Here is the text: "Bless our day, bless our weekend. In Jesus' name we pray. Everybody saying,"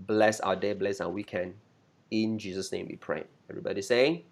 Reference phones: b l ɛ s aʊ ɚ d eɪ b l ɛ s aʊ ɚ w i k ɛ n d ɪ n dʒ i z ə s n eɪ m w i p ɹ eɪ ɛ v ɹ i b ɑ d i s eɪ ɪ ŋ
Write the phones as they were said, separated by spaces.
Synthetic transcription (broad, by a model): b l ɛ s aʊ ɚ d eɪ b l ɛ s aʊ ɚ w i k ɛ n ɪ n dʒ i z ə s n eɪ m w i p ɹ eɪ ɛ v ɹ i b ɑ d i s eɪ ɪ ŋ